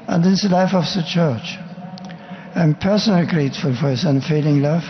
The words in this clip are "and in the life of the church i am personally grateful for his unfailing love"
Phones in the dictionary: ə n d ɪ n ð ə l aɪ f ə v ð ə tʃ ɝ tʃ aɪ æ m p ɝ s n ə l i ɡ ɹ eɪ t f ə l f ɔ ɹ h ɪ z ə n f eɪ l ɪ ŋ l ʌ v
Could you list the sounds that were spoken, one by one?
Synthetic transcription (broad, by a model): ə n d ɪ n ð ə l aɪ f ə v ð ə tʃ ɝ tʃ aɪ m p ɝ s n ə l i ɡ ɹ eɪ t f ə l f ɔ ɹ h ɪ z ə n f eɪ l ɪ ŋ l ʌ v